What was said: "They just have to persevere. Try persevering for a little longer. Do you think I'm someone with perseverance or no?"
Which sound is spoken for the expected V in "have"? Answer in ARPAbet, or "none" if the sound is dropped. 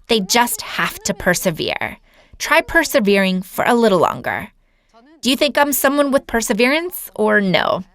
F